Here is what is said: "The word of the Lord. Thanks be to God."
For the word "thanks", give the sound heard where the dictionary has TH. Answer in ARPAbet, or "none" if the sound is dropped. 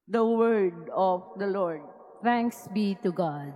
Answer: T